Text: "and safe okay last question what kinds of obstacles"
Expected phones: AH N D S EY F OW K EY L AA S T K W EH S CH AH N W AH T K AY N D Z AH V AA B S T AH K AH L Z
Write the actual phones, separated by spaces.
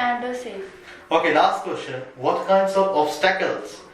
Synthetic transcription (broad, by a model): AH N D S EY OW K EY L AA S T K W EH S CH AH N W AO T K AY N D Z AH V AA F S T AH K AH L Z